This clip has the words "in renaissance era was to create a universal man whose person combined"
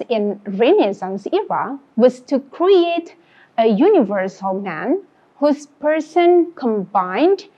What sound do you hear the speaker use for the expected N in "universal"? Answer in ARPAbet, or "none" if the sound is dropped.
N